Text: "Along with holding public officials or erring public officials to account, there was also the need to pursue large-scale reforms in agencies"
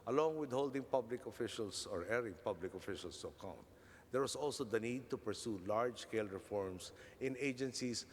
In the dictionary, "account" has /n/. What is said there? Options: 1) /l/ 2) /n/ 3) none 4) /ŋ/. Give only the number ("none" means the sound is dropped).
2